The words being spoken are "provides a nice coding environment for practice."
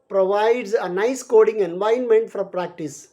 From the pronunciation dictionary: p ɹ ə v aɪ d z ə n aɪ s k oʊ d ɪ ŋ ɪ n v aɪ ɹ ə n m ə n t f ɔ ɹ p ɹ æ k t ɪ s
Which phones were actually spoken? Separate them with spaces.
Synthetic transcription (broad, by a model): p ɹ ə v aɪ d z ə n aɪ s k oʊ d ɪ ŋ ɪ n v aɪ ə n m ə n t f ɔ ɹ p ɹ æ k t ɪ s